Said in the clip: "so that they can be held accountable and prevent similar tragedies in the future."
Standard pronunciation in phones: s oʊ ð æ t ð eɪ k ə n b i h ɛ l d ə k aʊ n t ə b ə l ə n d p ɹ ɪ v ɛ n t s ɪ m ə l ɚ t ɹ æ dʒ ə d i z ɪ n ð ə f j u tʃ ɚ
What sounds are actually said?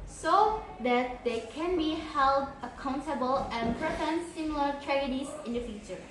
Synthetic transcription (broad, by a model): s oʊ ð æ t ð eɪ k ə n b i h ɛ l d ə k aʊ n t ə b ə l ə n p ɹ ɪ f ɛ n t s ɪ m ə l ɚ t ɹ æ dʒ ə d i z ɪ n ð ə f j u tʃ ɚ